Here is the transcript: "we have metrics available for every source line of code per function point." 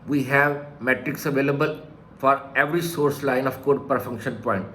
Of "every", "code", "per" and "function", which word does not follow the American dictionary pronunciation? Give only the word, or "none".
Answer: none